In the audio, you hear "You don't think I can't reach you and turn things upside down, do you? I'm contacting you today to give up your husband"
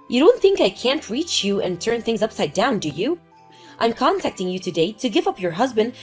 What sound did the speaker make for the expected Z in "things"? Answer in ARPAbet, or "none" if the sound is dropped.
Z